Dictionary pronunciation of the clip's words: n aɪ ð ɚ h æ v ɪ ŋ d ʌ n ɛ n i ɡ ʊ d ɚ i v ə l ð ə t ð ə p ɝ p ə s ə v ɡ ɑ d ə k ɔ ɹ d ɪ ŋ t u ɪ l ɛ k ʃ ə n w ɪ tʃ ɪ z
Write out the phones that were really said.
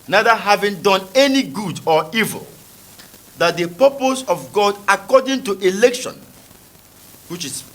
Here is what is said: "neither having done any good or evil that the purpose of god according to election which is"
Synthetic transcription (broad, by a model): n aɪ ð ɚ h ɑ v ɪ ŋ d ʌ n ɛ n i ɡ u d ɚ i v ə l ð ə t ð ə p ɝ p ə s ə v ɡ ɑ d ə k ɔ d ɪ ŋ t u ɪ l ɛ k ʃ ə n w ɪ tʃ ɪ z